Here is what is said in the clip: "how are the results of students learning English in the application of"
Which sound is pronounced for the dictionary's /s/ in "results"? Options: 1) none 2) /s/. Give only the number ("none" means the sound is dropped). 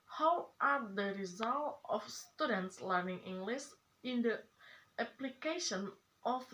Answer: 1